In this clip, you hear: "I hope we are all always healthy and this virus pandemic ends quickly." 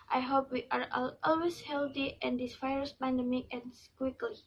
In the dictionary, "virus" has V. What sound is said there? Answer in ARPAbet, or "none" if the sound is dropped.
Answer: F